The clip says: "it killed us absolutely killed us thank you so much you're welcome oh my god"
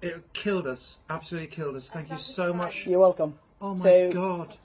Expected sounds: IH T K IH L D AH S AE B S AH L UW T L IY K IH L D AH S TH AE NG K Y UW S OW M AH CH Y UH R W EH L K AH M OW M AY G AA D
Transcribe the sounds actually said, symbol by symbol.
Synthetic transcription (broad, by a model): IH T K IH L D AH S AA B S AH L UW T L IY K IH L D AH S TH AE NG K Y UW S OW M AH CH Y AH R W EH L K AH M OW M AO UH AA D